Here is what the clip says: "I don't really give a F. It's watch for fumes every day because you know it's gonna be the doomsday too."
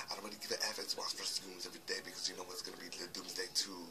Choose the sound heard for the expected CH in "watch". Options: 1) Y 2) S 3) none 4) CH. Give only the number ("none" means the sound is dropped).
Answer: 2